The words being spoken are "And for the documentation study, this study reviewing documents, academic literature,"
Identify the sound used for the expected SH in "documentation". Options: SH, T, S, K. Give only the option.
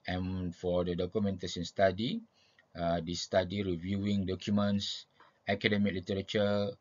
S